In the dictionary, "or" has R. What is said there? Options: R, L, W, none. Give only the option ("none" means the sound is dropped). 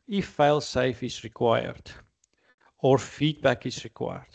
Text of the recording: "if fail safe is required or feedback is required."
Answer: R